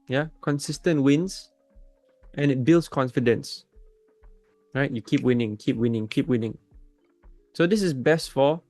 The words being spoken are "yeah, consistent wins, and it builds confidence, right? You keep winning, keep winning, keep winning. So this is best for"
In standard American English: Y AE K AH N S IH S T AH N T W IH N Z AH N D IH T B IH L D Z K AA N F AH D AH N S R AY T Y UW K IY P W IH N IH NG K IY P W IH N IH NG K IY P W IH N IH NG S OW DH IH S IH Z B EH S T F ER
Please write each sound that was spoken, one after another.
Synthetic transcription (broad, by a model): Y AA K AH N S IH S T AH N T W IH N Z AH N IH T B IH L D S K AA N F AH D AH N S R AY T Y UW K IY P W IH N IH NG K IY P W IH N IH NG K IY P W IH N IH NG S OW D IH S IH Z B EH S T F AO